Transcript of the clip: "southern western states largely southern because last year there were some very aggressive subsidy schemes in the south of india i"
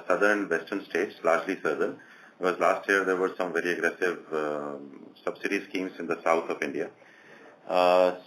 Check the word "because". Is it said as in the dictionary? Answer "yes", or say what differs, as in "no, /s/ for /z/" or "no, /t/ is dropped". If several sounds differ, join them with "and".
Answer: no, /k/ is dropped